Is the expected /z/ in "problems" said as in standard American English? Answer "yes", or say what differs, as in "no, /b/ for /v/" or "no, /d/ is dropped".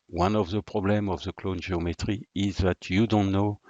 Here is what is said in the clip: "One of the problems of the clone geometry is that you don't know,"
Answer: no, /z/ is dropped